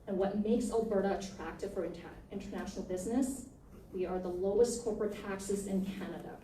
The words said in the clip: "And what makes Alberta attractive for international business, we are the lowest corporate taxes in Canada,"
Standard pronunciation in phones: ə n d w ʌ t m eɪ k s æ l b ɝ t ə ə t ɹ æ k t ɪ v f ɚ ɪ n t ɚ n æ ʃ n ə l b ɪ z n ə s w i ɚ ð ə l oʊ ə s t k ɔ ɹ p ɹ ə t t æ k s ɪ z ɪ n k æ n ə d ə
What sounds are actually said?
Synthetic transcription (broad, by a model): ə n w ʌ t m eɪ k s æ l b ɝ t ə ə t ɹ æ k t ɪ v f ɚ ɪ n t ɚ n æ ʃ n l b ɪ z n ə s w i ɚ ð ə l oʊ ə s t k ɔ ɹ p ɹ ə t t æ k s ɪ z ɪ n k æ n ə d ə